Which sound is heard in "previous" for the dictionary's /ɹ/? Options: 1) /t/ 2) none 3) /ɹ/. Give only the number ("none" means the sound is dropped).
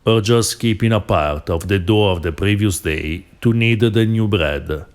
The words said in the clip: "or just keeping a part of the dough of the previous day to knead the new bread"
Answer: 3